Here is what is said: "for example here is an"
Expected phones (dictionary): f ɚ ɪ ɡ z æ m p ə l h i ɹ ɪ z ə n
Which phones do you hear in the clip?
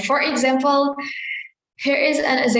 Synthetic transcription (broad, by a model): f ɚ ɪ ɡ z æ m p ə l h i ɹ ɪ z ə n